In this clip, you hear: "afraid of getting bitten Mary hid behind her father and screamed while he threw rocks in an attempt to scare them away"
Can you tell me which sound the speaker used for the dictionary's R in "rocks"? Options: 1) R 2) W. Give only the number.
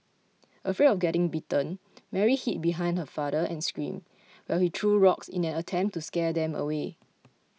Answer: 1